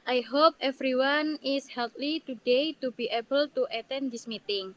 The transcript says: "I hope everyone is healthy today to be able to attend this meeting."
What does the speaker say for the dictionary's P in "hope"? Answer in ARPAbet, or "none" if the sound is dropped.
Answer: P